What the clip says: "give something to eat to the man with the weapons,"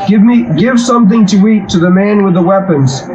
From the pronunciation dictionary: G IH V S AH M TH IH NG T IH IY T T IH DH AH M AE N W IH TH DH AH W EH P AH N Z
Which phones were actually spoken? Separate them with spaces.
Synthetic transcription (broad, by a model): G IH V S AH M TH IH NG T IH IY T T IH DH AH M AE N W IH DH AH W EH P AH N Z